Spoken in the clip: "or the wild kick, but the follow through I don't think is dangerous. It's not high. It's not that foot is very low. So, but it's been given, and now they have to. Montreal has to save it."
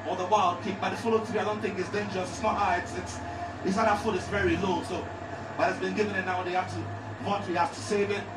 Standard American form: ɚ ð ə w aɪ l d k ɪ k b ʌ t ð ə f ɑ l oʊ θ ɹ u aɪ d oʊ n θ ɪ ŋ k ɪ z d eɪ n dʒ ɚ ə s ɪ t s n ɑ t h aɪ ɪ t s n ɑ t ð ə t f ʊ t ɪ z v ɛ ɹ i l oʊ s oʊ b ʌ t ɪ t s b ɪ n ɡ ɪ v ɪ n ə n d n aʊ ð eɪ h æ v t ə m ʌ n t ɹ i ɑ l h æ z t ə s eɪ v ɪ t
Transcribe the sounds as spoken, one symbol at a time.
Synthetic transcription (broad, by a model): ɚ ð ə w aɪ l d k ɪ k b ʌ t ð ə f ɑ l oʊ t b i aɪ d oʊ n θ ɪ ŋ k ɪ s d eɪ n dʒ ɚ ə s ɪ t s n ɑ t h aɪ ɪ t s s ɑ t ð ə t f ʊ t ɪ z v ɛ ɹ i l oʊ s oʊ b ʌ t ɪ t s b ɪ n ɡ ɪ v ɪ n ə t n aʊ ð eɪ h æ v t ə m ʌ t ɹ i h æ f t ə s eɪ v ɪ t